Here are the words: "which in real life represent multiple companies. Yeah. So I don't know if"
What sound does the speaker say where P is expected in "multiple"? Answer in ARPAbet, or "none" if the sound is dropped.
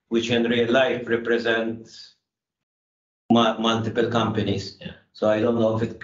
P